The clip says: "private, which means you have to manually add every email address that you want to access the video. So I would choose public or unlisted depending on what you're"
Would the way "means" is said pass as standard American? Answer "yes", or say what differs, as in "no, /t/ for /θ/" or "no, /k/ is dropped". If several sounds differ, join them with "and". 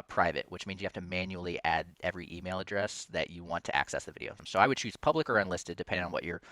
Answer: yes